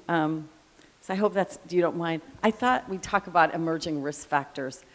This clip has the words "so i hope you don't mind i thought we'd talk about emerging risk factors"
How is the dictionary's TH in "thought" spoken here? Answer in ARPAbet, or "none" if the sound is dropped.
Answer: TH